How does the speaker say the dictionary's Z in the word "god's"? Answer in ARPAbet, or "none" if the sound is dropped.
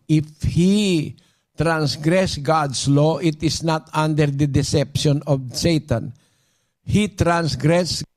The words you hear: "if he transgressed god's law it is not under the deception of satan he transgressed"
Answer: S